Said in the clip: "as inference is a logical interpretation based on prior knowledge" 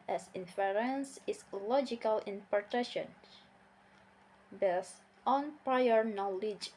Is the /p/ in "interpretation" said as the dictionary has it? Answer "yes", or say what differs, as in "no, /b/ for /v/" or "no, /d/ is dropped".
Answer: no, /p/ is dropped